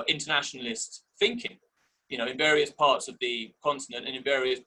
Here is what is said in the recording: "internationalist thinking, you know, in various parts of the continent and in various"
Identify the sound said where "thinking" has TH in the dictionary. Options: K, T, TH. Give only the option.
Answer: TH